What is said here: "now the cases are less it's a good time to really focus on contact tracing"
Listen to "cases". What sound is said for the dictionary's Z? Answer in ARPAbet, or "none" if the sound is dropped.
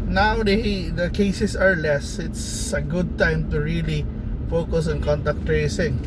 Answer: S